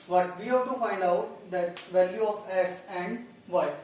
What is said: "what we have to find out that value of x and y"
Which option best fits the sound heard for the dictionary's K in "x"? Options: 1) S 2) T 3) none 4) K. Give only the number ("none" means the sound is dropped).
3